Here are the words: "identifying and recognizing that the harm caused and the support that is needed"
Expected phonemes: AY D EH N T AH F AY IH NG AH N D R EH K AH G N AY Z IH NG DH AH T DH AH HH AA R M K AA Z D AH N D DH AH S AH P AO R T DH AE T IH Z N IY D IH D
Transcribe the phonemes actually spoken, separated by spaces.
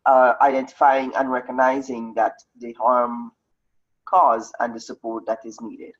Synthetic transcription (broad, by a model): AY D EH N T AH F AY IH NG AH N R EH K AH G N AY Z IH NG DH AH T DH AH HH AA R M K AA Z AH N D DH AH S AH P AO R T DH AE T IH Z N IY D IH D